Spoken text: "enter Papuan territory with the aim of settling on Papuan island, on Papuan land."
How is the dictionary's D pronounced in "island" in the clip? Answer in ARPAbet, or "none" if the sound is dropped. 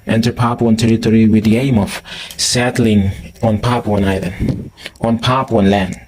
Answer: none